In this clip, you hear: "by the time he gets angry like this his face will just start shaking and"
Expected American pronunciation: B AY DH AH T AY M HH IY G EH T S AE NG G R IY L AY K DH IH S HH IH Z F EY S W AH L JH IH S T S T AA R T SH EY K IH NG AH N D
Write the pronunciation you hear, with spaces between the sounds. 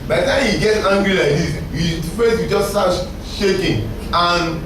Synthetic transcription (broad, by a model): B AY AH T AY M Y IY G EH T AA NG G R IY L AY K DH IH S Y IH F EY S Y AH JH IH S T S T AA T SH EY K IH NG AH N